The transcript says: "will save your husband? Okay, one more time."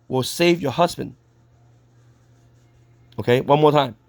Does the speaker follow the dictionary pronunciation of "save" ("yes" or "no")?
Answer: yes